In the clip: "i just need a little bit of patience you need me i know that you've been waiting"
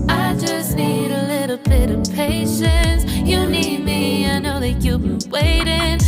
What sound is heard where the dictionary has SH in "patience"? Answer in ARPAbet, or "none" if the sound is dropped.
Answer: SH